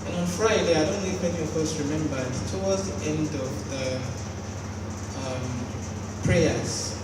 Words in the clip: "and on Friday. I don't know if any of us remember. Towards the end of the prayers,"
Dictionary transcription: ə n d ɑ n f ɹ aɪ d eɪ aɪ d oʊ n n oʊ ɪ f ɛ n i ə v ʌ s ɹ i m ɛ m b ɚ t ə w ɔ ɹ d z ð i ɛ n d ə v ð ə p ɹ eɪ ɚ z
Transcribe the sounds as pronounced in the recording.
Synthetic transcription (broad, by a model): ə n ɑ n f ɹ aɪ d eɪ aɪ d oʊ n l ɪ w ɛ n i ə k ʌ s ɹ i m ɛ m b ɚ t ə w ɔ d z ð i ɛ n d ə v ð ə p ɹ eɪ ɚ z